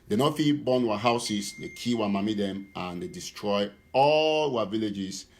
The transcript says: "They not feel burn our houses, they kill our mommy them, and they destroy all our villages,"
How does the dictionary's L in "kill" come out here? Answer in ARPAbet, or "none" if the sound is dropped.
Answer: W